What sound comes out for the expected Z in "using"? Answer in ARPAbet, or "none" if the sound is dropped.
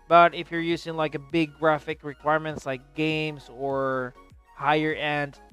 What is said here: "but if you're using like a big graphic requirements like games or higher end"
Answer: Z